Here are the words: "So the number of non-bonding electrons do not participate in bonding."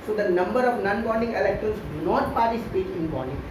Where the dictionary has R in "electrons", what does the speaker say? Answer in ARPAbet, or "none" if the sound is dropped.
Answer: none